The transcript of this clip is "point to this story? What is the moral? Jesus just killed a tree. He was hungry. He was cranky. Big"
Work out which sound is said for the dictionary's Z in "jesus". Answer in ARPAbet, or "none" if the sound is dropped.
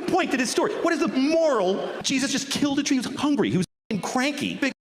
Z